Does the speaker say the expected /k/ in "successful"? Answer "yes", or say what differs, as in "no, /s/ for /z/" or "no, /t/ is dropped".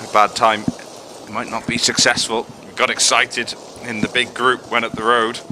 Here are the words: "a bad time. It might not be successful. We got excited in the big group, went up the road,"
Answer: yes